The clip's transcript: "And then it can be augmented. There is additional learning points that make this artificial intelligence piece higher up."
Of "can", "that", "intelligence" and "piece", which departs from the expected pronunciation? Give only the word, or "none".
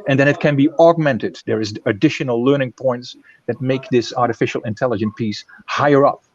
intelligence